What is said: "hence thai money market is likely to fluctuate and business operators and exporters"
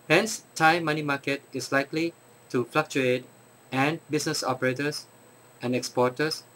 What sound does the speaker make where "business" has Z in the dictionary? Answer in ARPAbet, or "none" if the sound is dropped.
S